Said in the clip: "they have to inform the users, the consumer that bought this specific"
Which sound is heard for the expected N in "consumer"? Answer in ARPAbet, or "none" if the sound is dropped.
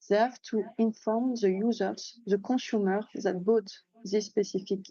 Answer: none